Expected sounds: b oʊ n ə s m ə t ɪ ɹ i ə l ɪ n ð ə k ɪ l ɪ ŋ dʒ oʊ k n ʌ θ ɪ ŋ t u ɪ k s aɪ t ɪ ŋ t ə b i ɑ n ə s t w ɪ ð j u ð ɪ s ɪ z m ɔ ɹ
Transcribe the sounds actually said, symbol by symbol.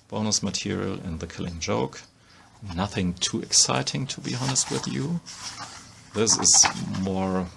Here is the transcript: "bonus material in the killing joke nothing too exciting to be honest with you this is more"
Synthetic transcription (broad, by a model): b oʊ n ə s m ə t ɪ ɹ i ə l ɪ n ð ə k ɪ l ɪ ŋ dʒ oʊ k n ʌ θ ɪ ŋ t u ɪ k s aɪ t ɪ ŋ t ə b i ɑ n ə s t w ɪ ð j u ð ɪ s ɪ z m ɔ ɹ